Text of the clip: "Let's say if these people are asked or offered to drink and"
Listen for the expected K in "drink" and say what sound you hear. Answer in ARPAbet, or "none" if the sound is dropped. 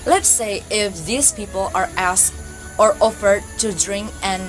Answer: K